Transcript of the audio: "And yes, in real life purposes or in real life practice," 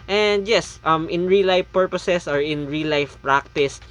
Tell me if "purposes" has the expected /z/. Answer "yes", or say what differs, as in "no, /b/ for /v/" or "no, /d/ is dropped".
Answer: no, /s/ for /z/